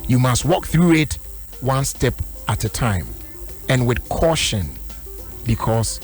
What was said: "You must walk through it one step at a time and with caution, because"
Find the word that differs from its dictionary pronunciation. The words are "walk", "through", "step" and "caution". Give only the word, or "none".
none